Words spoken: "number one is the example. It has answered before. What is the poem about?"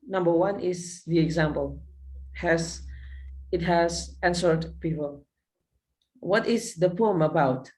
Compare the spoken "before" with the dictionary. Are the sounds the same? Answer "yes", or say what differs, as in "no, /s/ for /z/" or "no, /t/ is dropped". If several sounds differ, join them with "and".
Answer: no, /p/ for /f/ and /l/ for /ɹ/